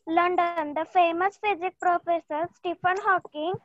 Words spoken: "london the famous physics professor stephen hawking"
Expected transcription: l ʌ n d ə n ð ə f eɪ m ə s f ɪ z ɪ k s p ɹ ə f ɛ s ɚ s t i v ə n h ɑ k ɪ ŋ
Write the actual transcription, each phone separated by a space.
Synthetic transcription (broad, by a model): l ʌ n d ə n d ə f eɪ m ə s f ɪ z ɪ k p ɹ ə f ɛ s ɚ s t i f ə n h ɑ k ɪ ŋ